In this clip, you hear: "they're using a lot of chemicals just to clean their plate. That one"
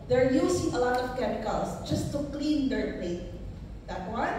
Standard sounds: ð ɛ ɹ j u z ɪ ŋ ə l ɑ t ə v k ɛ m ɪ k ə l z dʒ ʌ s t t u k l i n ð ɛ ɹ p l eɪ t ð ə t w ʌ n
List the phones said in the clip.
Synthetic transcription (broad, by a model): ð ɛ ɹ j u s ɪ ŋ ə l ɑ t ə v k ɛ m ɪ k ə l s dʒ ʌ s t t u k l i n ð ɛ ɹ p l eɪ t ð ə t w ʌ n